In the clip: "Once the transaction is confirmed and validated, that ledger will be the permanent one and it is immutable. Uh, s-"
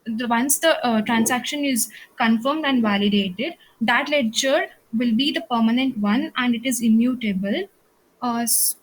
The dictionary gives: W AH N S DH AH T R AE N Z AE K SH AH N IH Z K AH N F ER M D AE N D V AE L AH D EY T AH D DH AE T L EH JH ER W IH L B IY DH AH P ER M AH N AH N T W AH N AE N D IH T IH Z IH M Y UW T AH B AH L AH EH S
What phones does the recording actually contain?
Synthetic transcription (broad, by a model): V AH N S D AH T R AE N S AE K SH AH N IH Z K AH N F ER M D AE N D V AE L AH D EY T AH D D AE T L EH CH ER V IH L B IY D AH P ER M AH N AH N T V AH N AE N D IH T IH Z IH M Y UW T AH B AH L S